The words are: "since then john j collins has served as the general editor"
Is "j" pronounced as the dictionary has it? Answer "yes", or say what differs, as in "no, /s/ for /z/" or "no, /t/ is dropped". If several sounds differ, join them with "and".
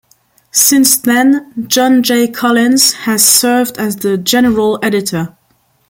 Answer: yes